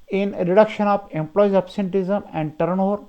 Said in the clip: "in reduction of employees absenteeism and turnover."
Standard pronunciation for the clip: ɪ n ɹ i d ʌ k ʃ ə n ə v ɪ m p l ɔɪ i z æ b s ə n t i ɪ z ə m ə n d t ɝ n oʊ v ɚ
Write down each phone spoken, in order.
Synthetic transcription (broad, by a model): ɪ n ɹ i d ʌ k ʃ ə n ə p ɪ m p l ɔɪ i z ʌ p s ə n t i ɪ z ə m ə n d t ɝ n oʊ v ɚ